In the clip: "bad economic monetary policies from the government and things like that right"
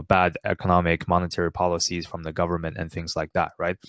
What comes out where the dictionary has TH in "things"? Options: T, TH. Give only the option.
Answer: TH